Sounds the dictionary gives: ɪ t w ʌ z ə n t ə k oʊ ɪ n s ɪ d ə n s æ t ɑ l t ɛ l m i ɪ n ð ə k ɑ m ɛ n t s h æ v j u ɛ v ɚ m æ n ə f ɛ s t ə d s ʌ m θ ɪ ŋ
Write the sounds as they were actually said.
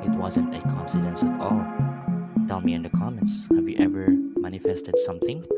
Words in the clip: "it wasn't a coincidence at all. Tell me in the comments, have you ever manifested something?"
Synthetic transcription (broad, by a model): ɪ t w ʌ z ə n t ə k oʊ n s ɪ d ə n s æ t ɑ l t ɛ l m i ɪ n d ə k ɑ m ɛ n t s h æ v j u ɛ v ɚ m æ n ə f ɛ s t ə d s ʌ m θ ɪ ŋ